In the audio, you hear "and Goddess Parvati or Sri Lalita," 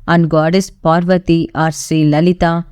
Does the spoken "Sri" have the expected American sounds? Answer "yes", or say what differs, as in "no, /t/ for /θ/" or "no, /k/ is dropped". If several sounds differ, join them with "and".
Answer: no, /ɹ/ is dropped